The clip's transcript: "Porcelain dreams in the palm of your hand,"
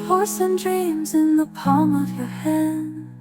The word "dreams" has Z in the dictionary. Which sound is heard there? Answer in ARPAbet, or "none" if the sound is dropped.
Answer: Z